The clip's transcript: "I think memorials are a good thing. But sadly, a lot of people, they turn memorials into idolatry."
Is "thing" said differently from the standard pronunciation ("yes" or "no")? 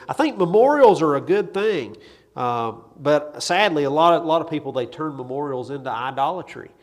no